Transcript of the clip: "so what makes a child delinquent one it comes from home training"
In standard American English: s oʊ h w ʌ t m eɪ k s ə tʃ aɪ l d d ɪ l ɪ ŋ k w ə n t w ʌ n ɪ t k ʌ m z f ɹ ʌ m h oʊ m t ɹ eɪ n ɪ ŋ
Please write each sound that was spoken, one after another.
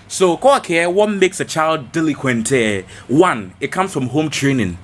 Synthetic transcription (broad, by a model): s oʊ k w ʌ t m eɪ k s ə tʃ aɪ l d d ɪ l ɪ k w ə n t w ʌ n ɪ t k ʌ m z f ɹ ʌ m h oʊ m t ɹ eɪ n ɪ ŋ